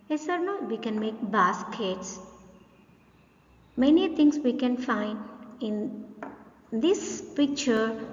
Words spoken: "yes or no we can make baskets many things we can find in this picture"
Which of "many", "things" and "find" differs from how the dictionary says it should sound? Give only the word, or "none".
things